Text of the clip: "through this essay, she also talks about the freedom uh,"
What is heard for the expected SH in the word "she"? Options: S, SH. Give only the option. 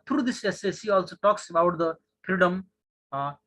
S